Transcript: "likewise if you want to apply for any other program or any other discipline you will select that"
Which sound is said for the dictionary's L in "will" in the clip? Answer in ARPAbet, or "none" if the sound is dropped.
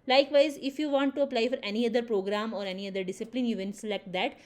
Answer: N